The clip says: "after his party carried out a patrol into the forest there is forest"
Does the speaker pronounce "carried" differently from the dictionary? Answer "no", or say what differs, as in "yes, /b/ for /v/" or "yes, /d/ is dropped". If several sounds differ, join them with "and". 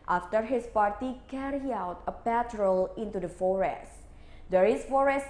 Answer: yes, /d/ is dropped